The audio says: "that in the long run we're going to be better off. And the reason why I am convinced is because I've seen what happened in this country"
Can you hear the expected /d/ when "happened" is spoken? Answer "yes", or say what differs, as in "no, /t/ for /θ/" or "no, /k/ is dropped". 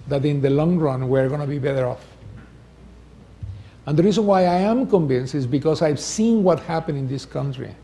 no, /d/ is dropped